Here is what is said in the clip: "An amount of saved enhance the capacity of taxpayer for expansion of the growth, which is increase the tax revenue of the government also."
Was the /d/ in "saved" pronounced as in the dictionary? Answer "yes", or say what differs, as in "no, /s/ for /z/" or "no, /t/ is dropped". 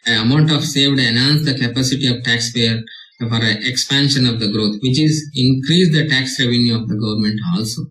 yes